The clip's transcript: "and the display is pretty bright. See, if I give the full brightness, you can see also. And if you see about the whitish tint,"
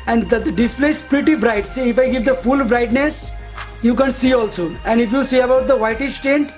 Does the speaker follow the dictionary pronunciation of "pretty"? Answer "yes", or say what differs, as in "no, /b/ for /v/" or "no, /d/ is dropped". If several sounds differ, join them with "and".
yes